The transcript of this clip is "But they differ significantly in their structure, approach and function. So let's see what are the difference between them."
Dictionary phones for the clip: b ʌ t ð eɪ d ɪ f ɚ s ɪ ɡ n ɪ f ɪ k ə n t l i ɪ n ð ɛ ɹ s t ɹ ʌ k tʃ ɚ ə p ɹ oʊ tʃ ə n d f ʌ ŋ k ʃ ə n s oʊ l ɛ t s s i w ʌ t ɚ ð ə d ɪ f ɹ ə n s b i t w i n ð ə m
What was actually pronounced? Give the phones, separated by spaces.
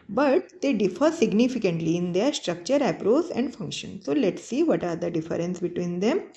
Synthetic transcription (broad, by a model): b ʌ t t eɪ d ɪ f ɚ s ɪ ɡ n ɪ f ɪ k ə n t l i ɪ n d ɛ ɹ s t ɹ ʌ k tʃ ɚ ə p ɹ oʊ s ə n d f ʌ ŋ k ʃ ə n s oʊ l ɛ t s s i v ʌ t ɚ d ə d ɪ f ɹ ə n s b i t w i n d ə m